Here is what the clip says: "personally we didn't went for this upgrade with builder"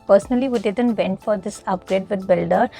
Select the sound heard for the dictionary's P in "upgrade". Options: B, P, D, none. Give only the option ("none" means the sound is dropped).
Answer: P